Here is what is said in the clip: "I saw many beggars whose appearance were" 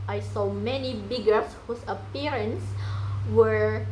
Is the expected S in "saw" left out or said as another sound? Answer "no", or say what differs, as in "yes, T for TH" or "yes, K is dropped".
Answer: no